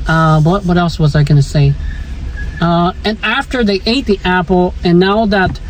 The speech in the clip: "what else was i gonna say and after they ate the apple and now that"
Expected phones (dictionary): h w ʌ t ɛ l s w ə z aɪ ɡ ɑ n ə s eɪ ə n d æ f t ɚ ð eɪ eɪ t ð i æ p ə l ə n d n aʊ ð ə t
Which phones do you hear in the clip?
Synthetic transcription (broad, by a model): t w ʌ t ɛ l s w ə z aɪ ɡ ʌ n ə s eɪ ə n æ f t ɚ ð eɪ eɪ t ð i æ p l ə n n aʊ ð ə t